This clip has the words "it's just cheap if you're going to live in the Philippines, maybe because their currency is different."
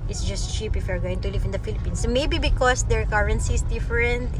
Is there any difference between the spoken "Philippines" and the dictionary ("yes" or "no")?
yes